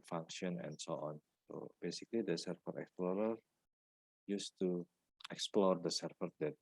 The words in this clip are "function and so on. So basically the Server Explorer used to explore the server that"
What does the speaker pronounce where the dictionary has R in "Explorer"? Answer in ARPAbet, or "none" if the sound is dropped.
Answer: R